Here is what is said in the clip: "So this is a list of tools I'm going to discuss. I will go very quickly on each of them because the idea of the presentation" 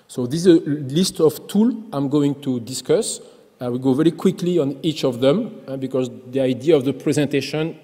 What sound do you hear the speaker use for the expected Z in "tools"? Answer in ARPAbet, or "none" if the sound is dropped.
none